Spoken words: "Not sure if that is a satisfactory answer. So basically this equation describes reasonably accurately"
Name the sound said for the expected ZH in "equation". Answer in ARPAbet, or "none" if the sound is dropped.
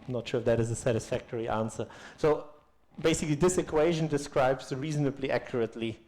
ZH